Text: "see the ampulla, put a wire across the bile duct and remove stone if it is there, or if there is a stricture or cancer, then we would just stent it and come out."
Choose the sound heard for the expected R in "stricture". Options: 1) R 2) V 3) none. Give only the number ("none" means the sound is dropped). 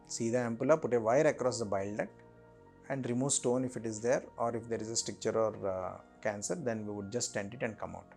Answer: 3